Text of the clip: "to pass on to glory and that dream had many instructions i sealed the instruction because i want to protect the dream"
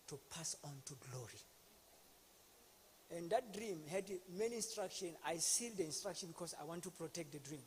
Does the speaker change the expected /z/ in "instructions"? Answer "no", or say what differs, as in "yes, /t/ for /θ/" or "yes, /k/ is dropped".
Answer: yes, /z/ is dropped